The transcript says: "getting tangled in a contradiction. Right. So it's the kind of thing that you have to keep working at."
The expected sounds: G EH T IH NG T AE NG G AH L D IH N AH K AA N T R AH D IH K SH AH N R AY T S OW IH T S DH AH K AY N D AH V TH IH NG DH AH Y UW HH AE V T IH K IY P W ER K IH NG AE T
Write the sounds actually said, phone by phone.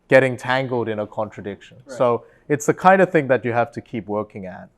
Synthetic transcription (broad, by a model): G EH T IH NG T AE NG G L D IH N AH K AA N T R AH D IH K SH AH N S OW IH T S DH AH K AY N D AH V TH IH NG DH AH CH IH HH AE F T IH K IY P W ER K IH NG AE T